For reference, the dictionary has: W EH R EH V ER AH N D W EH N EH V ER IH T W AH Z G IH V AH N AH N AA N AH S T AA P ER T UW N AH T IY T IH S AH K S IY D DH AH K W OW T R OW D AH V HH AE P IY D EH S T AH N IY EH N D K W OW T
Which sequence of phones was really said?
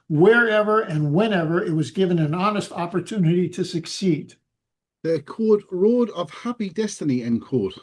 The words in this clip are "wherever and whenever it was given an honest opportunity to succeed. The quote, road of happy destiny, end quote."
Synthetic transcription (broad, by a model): W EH R EH V ER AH N W EH N EH V ER IH T W AH Z G IH V AH N AH N AA N AH S T AA P ER T UW N AH T IY T IH S AH K S IY D DH AH K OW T R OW D AH V HH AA P IY D EH S T AH N IY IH N K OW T